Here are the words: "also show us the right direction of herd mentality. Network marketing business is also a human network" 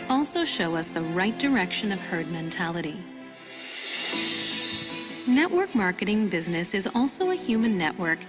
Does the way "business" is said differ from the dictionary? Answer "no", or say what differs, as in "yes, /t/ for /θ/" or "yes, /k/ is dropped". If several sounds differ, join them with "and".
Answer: no